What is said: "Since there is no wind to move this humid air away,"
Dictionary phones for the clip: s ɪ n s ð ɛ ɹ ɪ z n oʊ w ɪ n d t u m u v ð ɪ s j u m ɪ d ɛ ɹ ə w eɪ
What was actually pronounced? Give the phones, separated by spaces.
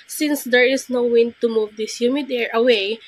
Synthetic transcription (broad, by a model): s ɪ n s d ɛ ɹ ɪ s n oʊ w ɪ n t u m u v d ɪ s j u m ɪ d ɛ ɹ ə w eɪ